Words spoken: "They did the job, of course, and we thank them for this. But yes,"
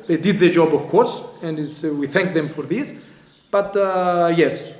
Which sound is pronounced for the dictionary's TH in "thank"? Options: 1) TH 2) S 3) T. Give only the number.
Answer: 1